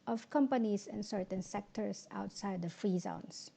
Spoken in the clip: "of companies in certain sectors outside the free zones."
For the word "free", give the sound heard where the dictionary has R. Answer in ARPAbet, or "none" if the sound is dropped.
R